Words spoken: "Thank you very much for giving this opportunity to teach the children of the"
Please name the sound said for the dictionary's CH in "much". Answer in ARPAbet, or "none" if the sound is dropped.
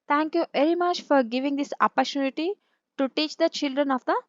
CH